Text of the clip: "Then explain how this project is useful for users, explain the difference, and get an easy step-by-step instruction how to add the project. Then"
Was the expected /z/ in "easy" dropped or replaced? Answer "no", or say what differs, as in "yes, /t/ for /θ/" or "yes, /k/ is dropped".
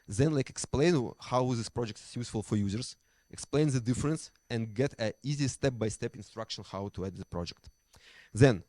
no